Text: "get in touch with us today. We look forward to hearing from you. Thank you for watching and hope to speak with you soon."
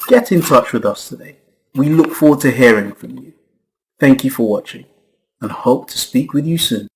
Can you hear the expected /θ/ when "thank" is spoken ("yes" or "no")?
yes